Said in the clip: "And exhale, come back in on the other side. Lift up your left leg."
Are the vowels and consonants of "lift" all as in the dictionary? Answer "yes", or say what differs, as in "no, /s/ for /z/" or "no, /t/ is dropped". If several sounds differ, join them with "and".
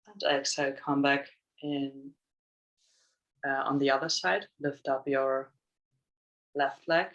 yes